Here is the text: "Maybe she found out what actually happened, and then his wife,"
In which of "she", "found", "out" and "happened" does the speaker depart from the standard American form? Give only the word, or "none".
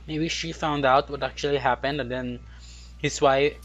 none